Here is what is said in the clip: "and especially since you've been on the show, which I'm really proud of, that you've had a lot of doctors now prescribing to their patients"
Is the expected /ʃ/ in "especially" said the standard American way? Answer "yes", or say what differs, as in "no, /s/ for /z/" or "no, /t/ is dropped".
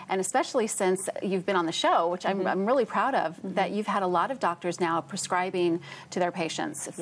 yes